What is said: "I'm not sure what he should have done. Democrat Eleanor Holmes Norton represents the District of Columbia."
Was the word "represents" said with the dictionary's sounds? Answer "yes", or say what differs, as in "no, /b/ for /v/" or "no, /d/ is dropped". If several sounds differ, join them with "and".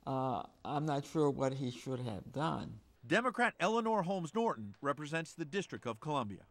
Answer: yes